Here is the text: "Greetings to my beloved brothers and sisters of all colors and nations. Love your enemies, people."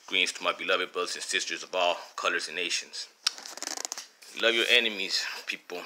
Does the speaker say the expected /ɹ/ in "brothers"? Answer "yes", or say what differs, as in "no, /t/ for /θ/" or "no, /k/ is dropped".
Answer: no, /ɹ/ is dropped